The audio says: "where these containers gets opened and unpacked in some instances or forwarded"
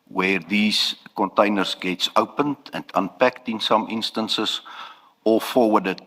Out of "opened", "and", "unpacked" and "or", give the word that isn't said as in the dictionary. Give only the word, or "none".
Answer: or